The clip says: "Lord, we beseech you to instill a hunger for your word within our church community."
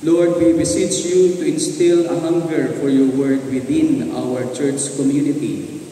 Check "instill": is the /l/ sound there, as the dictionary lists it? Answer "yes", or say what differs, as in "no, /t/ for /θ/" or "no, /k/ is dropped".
yes